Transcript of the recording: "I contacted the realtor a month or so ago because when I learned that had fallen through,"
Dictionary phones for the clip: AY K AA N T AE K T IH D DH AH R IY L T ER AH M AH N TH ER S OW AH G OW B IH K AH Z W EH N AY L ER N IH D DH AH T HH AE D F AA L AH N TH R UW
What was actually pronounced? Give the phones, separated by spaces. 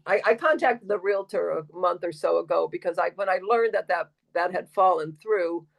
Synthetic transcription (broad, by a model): AY K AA N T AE K T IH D DH AH R IY L T ER AH M AH N TH ER S OW AH G OW B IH K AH Z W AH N AY L ER N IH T DH AH T HH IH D F AA L AH N TH R UW